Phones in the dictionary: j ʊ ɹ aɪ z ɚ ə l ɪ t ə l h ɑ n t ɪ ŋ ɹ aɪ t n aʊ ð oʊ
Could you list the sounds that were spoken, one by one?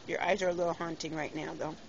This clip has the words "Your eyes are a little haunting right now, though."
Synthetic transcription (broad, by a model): j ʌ ɹ aɪ z ɚ ə l ɪ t l h ɑ n t ɪ ŋ ɹ aɪ t n aʊ ð oʊ